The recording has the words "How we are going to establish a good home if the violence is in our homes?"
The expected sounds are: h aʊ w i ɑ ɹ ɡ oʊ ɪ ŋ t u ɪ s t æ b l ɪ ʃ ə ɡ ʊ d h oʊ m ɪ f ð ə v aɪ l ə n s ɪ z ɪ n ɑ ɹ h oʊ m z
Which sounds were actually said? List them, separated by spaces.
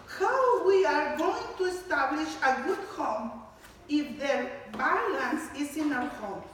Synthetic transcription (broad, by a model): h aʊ w i ɑ ɹ ɡ oʊ ɪ ŋ t u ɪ s t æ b l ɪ ʃ ə ɡ ʊ d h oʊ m ɪ f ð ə b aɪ l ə n s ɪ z ɪ n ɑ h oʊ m